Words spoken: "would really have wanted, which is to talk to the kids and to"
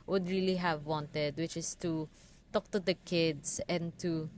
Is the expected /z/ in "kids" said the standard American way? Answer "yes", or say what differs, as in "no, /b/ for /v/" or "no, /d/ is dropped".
no, /s/ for /z/